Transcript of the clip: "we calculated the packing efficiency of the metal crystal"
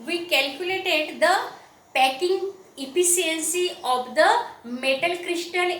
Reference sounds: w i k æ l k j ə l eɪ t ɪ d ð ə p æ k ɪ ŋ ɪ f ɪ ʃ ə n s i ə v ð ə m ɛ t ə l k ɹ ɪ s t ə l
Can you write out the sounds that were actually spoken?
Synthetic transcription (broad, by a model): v i k æ l k j ə l eɪ t ɪ d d ə p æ k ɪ ŋ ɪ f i s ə n s i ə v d ə m ɛ t ə l k ɹ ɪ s t ə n